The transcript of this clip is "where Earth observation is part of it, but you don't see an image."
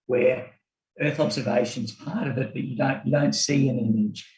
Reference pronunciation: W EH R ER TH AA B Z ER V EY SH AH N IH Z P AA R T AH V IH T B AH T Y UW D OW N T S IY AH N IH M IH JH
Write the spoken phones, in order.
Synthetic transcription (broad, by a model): W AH R ER TH AA B Z ER V EY SH AH N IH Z P AA R T AH V IH T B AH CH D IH D OW N T S IY AH N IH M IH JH